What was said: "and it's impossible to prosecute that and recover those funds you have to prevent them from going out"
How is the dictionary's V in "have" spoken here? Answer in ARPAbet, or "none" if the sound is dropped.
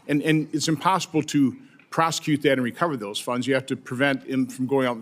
F